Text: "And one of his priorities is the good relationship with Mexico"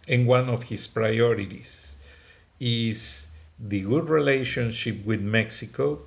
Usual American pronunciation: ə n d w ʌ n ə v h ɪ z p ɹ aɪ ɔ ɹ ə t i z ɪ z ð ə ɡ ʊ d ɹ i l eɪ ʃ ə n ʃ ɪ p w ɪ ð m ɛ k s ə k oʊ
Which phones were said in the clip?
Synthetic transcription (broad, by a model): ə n w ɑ n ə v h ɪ s p ɹ aɪ ɔ ɹ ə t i s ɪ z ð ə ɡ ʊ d ɹ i l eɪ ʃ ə n ʃ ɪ p w ɪ ð m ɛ k s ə k oʊ